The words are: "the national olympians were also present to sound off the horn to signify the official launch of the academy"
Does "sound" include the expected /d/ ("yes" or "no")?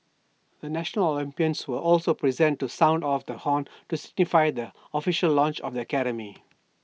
yes